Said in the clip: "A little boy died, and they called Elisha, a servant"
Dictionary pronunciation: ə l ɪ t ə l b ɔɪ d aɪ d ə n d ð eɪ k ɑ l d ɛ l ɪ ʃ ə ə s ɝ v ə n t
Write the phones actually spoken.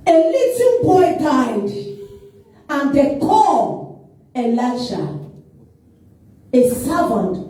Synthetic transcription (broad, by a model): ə l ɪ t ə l b ɔɪ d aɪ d ə n d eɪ k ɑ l ɛ l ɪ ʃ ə ə s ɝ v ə n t